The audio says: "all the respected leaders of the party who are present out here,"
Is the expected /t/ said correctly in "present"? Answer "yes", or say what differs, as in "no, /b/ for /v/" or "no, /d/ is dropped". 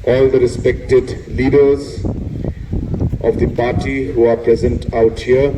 yes